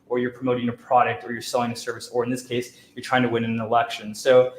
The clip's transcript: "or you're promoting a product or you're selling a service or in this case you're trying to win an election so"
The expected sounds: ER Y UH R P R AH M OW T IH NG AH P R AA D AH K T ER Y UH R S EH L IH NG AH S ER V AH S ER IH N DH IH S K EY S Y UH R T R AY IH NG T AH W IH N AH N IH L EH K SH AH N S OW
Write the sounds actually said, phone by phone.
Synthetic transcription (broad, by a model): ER Y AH R P R AH M OW T IH NG AH P R AA D AH K T ER Y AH R S EH L IH NG AH S ER V AH S ER IH N DH IH S K EY S Y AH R T R AY IH NG T AH W IH N AH N IH L EH K SH AH N S OW